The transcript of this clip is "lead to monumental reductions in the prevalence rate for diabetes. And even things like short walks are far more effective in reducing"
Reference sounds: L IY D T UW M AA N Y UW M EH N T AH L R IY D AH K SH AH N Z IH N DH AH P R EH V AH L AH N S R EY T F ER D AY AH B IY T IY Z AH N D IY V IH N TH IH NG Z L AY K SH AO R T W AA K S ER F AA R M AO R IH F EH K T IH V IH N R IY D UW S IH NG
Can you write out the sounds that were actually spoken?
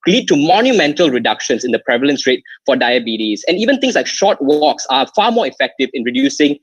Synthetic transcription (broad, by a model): L IY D T UW M AA N Y UW M EH N T AH L R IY D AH K SH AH N S IH N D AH P R EH V AH L AH N S R EY T F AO D AY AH B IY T IY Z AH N IY V IH N T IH NG S L AY K SH AO T W AA K S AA F AA M AO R IH F EH K T IH V IH N R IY D UW S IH NG